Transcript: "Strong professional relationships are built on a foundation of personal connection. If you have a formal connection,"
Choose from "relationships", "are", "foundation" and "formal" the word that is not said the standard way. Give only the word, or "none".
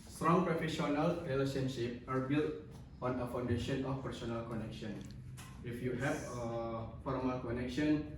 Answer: relationships